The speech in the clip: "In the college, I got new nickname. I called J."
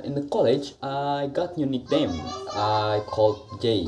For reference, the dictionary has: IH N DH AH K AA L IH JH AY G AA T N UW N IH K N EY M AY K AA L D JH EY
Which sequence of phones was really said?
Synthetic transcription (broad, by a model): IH N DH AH K AA L IH JH AY G AA T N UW N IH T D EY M AY K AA L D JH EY